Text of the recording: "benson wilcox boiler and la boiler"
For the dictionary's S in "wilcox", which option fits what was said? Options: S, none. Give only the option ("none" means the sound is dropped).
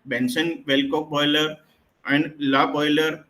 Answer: none